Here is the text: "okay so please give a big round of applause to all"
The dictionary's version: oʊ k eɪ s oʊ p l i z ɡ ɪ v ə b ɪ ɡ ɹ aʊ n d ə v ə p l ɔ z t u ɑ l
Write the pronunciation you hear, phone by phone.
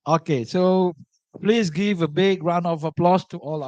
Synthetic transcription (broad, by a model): oʊ k eɪ s oʊ p l i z ɡ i v ə b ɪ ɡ ɹ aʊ n ə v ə p l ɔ s t u ɑ l